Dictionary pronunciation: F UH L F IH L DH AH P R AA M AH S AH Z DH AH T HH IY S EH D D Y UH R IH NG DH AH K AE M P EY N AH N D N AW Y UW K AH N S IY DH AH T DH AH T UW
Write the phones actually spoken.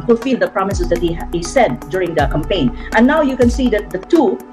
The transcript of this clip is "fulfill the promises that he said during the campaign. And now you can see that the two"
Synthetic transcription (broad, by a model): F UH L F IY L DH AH P R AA M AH S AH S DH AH T HH IY S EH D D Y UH R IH NG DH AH K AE M P EY AH N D N AW Y UW K AH N S IY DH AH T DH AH T UW